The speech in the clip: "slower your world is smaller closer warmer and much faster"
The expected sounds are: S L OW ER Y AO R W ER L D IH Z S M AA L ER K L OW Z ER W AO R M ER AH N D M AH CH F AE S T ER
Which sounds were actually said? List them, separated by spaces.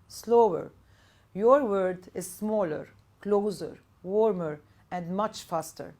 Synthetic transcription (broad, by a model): S L OW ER Y AO R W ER D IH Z S M AA L ER K L OW Z ER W AO R M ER AH N D M AH CH F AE S T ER